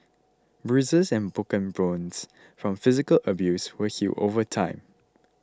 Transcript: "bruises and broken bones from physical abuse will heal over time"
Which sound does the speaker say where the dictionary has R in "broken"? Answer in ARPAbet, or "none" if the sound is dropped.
none